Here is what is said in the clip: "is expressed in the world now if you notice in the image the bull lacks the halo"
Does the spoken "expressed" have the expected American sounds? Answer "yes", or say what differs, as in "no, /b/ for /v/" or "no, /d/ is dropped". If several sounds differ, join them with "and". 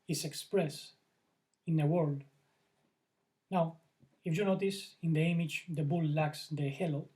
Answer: no, /t/ is dropped